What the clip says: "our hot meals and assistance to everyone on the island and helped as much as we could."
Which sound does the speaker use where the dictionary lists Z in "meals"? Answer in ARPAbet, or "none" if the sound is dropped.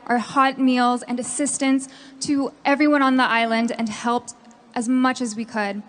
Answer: Z